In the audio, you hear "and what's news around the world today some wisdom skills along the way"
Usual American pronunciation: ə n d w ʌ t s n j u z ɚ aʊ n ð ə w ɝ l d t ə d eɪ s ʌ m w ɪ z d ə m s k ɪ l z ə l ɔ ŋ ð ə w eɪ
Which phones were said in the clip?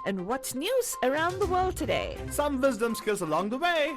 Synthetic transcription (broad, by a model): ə n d w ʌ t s n j u z ɚ aʊ n ð ə w ɝ l d t ə d eɪ s ʌ m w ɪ z d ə m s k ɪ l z ə l ɔ ŋ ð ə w eɪ